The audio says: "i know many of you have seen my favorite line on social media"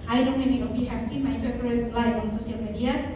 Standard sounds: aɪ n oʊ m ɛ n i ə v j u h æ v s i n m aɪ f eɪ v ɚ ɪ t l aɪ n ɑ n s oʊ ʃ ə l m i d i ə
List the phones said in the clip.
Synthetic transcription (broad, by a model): aɪ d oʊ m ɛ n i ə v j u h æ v s i n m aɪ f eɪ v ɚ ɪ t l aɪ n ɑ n s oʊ s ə l m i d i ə